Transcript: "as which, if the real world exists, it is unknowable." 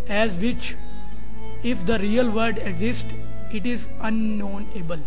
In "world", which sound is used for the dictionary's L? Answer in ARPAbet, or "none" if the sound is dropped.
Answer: none